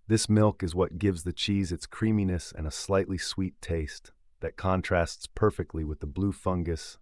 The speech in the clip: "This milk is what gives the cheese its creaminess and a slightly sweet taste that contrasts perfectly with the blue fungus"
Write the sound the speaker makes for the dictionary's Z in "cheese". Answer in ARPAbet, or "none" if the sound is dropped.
Z